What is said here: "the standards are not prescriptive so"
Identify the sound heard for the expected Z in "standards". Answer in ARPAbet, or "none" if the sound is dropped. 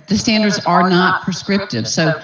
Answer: Z